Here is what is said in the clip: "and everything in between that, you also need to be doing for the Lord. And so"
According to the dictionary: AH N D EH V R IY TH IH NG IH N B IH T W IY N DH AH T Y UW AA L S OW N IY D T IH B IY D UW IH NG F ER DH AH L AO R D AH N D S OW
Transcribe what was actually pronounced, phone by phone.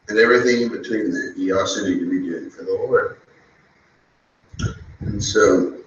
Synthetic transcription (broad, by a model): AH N EH V R IY TH IH NG IH N B IH T W IY N DH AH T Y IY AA S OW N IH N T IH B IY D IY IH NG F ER DH AH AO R AH N S OW